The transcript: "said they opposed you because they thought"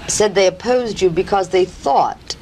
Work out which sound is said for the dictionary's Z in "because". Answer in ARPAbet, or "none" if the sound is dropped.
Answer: Z